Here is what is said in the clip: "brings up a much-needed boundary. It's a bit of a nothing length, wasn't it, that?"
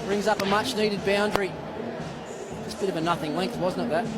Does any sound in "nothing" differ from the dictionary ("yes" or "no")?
no